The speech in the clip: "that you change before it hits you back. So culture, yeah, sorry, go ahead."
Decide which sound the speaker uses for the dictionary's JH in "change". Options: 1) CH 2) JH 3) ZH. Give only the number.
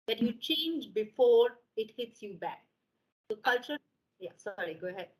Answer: 2